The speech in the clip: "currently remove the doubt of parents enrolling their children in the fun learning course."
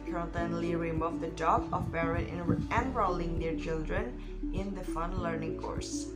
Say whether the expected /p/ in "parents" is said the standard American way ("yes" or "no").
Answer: no